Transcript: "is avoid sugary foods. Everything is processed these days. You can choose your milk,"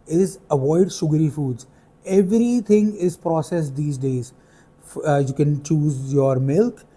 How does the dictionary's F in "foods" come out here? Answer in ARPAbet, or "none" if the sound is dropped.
F